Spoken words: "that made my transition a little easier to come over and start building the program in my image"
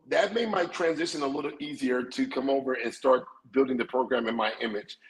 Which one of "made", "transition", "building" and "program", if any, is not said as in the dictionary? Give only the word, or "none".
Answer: none